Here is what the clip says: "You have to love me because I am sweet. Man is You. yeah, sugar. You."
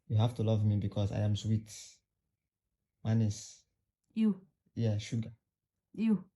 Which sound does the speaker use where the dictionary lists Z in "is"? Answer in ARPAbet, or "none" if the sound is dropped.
S